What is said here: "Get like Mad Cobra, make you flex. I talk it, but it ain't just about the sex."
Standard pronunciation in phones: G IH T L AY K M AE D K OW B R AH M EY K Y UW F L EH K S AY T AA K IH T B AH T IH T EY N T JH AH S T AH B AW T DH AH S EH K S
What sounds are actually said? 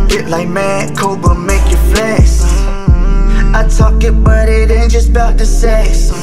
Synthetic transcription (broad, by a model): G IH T L AY K M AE K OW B AH M EY K Y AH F L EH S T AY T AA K IH T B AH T IH T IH N JH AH S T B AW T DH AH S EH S